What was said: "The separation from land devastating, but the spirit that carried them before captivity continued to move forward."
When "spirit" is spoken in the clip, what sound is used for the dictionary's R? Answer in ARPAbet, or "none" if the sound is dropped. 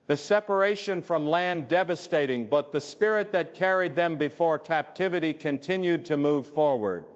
R